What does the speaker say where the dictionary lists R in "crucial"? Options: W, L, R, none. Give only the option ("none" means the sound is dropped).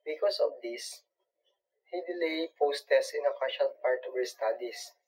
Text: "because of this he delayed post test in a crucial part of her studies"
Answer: none